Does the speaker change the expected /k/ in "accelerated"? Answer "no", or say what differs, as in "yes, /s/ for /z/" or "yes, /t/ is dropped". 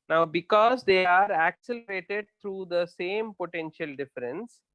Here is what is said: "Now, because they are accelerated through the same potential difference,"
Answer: no